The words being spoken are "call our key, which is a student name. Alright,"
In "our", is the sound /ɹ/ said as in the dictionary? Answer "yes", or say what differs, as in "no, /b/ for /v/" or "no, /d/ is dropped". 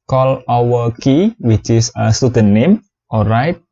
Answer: no, /w/ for /ɹ/